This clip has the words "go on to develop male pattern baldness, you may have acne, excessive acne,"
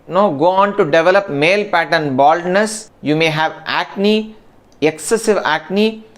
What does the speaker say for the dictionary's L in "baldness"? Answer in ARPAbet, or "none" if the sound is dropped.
L